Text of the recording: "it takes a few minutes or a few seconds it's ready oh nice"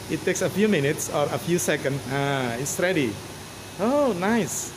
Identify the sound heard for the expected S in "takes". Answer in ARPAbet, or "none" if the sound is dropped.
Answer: S